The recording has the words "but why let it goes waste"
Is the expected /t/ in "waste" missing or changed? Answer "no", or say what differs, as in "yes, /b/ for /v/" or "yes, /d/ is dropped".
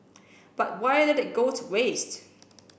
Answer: no